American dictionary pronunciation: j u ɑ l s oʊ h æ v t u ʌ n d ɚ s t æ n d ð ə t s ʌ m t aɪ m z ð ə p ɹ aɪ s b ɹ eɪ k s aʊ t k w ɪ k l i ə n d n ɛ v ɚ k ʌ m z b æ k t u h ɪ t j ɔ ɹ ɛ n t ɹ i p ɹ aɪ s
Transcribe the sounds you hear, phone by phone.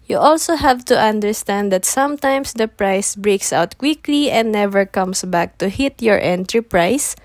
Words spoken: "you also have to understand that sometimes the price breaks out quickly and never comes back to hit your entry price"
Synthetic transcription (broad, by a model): j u ɑ l s oʊ h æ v t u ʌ n d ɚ s t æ n d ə t s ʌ m t aɪ m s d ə p ɹ aɪ s b ɹ eɪ k s aʊ t k w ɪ k l i ə n d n ɛ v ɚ k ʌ m s b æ k t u h ɪ t j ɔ ɹ ɛ n t ɹ i p ɹ aɪ s